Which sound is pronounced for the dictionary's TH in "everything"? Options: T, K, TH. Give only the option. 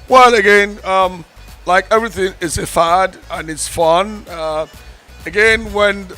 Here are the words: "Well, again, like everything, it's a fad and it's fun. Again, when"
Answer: TH